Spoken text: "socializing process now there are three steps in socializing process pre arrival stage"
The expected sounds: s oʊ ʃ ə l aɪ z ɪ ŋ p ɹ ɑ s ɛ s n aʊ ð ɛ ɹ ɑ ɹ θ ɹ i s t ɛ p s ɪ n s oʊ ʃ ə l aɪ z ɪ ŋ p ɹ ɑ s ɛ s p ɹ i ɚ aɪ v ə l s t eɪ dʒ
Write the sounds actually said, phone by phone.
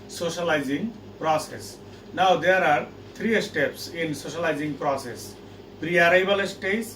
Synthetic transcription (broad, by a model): s oʊ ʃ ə l aɪ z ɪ ŋ p ɹ ɑ s ɛ s n aʊ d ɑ ɹ ɑ ɹ t ɹ i s t ɛ p s ɪ n s oʊ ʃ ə l aɪ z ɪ ŋ p ɹ ɑ s ɛ s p ɹ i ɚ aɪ b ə l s t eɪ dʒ